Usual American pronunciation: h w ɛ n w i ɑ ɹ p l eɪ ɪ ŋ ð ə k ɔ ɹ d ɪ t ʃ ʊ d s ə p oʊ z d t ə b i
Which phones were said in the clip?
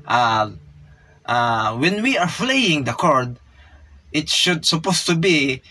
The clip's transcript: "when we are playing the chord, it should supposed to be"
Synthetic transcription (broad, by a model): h w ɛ n w i ɑ ɹ f l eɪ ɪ ŋ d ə k ɔ ɹ d ɪ t ʃ ʊ d s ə p oʊ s t ə b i